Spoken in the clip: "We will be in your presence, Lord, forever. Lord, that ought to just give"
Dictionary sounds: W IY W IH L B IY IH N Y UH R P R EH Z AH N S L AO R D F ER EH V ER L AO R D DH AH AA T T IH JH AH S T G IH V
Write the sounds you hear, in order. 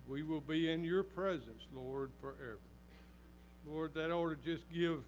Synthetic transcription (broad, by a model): W IY W IH L B IY IH N Y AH R P R EH Z AH N S L AO R D F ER EH V ER L AO R D DH AH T T IH JH AH S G IH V